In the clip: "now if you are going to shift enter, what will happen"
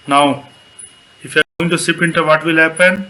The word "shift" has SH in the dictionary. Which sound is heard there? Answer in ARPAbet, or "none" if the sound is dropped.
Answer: S